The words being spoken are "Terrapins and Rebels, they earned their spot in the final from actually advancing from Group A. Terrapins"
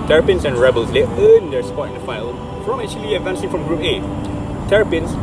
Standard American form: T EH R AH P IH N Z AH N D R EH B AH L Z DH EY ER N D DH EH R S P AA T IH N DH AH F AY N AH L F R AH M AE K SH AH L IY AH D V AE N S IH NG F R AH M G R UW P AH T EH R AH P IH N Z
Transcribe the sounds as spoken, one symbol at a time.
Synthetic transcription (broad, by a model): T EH R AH P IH N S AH N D R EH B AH L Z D EY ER N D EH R S P AA T IH N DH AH F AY AH L F R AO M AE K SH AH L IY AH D V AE N S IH NG F R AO M G R UW P AH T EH R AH P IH N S